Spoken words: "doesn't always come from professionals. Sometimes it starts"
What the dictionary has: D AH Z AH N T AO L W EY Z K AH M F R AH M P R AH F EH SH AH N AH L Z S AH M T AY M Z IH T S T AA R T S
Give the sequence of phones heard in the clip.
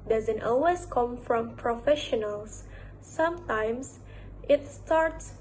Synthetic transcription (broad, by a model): D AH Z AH N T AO L W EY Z K AH M F R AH M P R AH F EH SH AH N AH L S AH M T AY M S IH T S T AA R T S